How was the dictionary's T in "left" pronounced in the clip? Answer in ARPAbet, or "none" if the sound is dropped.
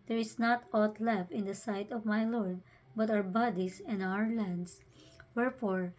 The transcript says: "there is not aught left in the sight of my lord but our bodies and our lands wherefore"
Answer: none